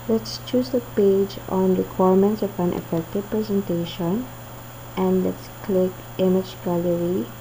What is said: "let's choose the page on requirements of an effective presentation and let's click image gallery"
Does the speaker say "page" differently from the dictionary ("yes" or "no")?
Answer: no